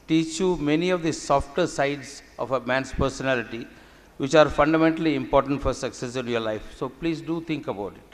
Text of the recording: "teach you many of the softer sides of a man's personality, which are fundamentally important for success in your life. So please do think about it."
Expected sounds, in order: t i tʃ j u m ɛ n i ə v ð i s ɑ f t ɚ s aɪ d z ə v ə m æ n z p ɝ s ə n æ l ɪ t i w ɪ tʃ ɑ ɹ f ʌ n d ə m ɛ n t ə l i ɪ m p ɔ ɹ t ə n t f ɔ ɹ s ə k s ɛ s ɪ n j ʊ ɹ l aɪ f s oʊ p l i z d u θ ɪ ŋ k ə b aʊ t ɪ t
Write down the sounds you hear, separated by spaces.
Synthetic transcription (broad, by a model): t i tʃ j u m ɛ n i ə v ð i s ɑ f t ɚ s aɪ d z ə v ə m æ n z p ɝ s ə n æ l ɪ t i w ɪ tʃ ɑ ɹ f ʌ n d ə m ɛ n t ə l i ɪ m p ɔ ɹ t ə n t f ɔ ɹ s ə k s ɛ s ɪ n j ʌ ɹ l aɪ f s oʊ p l i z d u t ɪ ŋ k ə b aʊ t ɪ t